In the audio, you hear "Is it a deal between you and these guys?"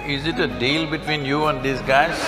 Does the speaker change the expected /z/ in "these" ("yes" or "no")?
yes